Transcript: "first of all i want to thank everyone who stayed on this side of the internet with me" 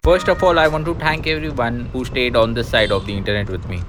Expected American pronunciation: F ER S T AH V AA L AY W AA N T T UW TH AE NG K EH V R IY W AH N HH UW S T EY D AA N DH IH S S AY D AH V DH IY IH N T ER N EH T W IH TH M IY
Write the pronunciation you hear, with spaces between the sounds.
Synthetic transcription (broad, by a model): F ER S T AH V AA L AY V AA N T T UW T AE NG K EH V R IY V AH N HH UW S T EY D AA N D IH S S AY D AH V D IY IH N T ER N EH T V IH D M IY